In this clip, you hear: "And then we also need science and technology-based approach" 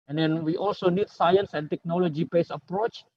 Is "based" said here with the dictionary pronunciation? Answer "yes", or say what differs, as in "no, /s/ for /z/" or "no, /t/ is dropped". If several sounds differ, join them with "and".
no, /t/ is dropped